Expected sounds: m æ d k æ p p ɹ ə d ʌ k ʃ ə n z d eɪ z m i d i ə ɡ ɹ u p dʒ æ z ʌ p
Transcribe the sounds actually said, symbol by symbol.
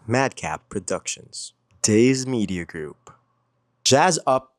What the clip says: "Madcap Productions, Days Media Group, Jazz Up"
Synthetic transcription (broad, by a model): m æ d k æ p p ɹ ə d ʌ k ʃ ə n z d eɪ z m i d i ə ɡ ɹ u p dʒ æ z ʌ p